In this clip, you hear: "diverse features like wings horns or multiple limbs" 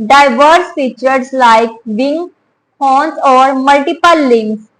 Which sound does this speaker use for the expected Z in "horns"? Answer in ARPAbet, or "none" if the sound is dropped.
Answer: S